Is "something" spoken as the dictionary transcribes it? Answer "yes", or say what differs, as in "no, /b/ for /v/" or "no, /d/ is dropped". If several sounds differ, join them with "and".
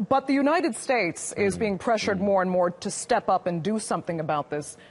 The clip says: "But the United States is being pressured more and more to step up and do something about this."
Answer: yes